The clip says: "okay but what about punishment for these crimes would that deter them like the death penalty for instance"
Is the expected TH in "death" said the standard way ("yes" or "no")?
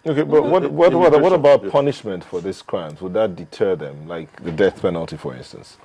yes